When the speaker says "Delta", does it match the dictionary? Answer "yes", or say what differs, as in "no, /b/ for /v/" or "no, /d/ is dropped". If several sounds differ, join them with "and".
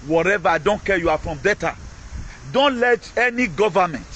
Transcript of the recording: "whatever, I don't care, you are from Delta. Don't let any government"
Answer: no, /l/ is dropped